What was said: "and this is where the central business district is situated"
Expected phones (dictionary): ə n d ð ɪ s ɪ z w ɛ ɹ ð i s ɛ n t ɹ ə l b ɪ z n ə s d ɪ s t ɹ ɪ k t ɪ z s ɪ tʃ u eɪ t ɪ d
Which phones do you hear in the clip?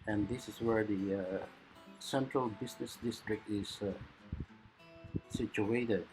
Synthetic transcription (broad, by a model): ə n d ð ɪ s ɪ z w ɛ ɹ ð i s ɛ n t ɹ ə l b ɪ s n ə s d ɪ s t ɹ ɪ k t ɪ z s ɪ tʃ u eɪ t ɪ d